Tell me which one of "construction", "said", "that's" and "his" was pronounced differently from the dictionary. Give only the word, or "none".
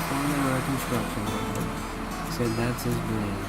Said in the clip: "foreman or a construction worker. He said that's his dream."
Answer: none